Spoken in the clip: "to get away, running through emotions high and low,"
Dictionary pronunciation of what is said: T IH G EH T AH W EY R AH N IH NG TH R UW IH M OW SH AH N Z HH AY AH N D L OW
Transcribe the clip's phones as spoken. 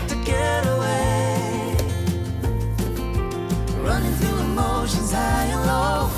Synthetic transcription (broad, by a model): T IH G EH T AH W EY R AH N IH NG TH R UW IH M OW SH AH N Z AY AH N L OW